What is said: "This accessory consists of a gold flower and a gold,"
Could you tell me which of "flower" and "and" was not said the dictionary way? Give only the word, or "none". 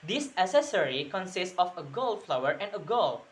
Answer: none